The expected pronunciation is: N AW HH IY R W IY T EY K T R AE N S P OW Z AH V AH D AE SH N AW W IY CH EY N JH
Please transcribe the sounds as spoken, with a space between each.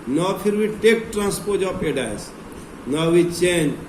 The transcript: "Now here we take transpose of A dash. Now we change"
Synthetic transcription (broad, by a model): N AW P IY R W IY T EY K T R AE N S P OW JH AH P AH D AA S N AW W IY CH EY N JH